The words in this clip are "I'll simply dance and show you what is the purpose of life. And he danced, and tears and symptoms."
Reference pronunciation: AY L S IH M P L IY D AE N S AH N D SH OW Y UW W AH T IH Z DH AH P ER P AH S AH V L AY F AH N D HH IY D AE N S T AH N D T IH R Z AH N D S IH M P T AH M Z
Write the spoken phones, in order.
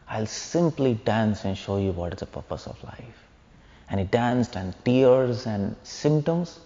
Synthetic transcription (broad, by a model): AY L S IH M P L IY D AE N S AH N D SH OW Y UW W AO T IH Z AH P ER P AH S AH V L AY F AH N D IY D AE N S T AH N D T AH R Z AH N D S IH M P T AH M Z